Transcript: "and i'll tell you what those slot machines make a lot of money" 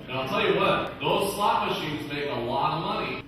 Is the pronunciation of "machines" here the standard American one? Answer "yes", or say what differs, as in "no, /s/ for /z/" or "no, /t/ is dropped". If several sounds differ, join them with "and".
yes